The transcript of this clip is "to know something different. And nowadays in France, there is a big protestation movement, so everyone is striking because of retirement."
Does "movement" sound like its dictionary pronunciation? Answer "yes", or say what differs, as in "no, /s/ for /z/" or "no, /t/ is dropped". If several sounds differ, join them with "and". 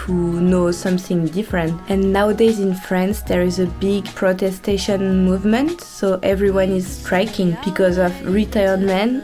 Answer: yes